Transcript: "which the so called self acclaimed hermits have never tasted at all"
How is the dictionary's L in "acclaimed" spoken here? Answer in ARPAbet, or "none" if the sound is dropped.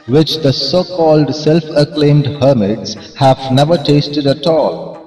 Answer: L